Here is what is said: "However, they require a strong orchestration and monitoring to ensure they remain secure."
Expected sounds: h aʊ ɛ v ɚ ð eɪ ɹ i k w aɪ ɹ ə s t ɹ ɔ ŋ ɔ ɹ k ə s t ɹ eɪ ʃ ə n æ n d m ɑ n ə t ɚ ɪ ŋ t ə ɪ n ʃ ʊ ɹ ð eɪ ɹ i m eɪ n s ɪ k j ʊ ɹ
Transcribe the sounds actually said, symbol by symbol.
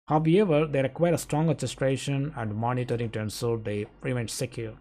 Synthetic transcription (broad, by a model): h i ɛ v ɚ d eɪ ɹ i k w aɪ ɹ ə s t ɹ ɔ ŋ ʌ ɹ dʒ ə s t ɹ eɪ ʃ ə n æ n d m ɑ n ə t ɚ ɪ ŋ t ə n s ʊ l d eɪ ɹ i m eɪ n s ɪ k j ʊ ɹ